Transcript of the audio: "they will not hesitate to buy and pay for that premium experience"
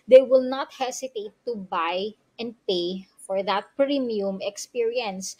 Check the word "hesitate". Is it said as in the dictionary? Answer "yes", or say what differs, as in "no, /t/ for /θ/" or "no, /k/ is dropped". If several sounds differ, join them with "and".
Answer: no, /s/ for /z/